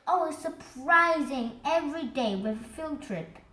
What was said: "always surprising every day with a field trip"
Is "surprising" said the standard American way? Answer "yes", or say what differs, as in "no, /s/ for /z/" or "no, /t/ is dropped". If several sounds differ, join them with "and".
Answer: yes